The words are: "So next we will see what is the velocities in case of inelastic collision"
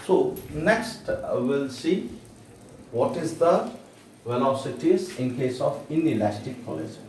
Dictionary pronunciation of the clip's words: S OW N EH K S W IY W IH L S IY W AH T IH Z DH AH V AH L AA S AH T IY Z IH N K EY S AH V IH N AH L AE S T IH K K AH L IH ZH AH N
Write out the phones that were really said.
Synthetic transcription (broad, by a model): S OW N EH K S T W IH L S IY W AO T IH Z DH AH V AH L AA S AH T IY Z IH N K EY S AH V IH N AH L AE S T IH K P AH L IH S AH